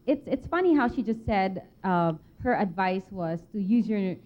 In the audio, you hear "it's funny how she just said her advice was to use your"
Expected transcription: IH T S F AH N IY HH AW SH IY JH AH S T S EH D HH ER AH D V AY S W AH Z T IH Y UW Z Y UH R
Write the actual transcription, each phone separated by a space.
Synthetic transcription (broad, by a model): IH T S F AH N IY HH AW SH IY JH AH S T S EH D HH ER AH D V AY S W AH Z T IH Y UW Z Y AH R